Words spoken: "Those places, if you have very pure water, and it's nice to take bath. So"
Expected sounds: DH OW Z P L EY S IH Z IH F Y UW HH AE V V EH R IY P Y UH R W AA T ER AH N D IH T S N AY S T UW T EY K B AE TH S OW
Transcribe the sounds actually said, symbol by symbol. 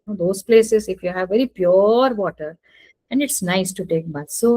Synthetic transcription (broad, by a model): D OW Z P L EY S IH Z IH F Y UW HH AE V V EH R IY P Y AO R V AA T ER AH N D IH T S N AY S T UW T EY K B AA T S OW